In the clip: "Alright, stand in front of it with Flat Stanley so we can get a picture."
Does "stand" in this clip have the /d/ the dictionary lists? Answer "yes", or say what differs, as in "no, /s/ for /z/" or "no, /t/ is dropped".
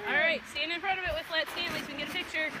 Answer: no, /d/ is dropped